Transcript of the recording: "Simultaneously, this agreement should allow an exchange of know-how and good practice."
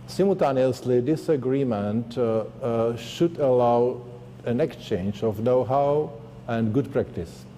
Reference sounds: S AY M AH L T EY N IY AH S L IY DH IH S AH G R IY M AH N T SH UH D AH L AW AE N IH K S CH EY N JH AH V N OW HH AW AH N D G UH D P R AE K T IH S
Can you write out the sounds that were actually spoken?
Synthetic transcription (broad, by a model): S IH M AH L T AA N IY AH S L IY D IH S AH G R IY M AH N T SH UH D AH L AW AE N IH K S CH EY N JH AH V N OW HH AW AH N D G UH D P R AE K T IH S